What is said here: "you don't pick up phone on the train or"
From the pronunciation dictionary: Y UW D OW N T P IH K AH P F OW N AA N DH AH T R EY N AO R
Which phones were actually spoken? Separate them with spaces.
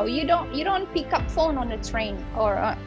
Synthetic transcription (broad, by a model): Y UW D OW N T P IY K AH P F OW N AA N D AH T R EY N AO R